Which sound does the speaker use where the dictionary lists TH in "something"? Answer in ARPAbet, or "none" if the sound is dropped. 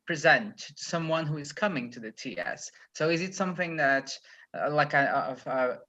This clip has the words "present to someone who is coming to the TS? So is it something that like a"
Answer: TH